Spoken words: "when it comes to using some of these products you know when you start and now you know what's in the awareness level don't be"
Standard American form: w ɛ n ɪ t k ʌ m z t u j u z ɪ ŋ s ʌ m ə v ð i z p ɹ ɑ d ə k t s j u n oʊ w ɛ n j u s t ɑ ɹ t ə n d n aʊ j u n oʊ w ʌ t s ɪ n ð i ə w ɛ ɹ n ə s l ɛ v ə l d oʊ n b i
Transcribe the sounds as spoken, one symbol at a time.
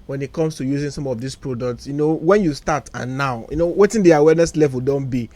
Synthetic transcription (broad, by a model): w ɛ n ɪ t k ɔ m s t u j u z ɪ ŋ s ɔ m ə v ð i s p ɹ ɑ d ə k t s j u n oʊ w ɛ n j u s t ɑ t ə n n aʊ j u n oʊ w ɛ t ɪ n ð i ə w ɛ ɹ n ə s l ɛ v ə l d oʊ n b i